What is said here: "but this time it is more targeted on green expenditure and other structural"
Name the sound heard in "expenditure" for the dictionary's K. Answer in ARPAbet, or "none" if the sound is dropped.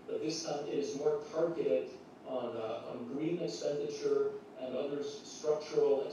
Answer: K